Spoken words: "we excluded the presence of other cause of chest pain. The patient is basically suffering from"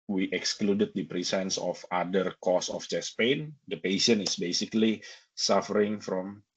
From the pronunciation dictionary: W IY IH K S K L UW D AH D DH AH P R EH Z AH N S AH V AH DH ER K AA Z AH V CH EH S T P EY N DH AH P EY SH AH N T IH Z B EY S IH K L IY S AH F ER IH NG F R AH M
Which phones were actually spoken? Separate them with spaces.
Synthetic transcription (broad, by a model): W IY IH K S K L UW D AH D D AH P R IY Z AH N S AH F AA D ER K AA S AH F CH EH S P EY N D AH P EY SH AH N IH S B EY S IH K L IY S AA F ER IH NG F R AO M